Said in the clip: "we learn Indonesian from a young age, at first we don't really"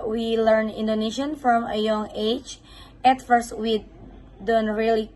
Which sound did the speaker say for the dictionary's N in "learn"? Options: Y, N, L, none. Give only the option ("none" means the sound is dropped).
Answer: N